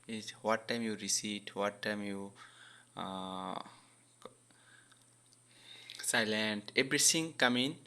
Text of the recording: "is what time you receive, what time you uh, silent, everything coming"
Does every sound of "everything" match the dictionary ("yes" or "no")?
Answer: no